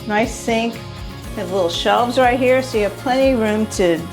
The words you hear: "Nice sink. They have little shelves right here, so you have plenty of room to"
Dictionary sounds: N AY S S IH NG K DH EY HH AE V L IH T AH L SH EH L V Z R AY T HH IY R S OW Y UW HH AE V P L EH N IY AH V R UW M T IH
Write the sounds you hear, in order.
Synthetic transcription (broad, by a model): N AY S S IH NG K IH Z L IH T L SH EH L V Z R AY T HH IY R S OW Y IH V P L EH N IY R UW M T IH